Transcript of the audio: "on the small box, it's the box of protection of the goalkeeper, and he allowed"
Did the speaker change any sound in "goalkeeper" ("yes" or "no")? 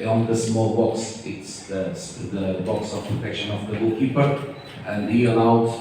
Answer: yes